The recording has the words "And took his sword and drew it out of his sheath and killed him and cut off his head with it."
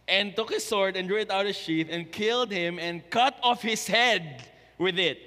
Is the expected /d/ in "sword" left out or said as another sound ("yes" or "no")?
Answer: no